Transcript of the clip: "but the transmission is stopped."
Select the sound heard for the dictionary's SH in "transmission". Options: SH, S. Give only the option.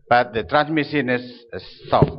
S